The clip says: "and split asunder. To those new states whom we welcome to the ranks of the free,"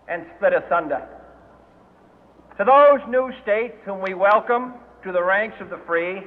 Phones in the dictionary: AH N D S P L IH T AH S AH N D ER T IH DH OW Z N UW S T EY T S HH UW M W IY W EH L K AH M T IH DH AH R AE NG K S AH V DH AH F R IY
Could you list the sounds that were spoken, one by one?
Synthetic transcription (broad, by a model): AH N S P L IH T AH S AH N D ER T IH DH OW Z N UW S T EY T S HH UW M W IY W EH L K AH M T IH DH AH R AE NG K S AH V DH AH F R IY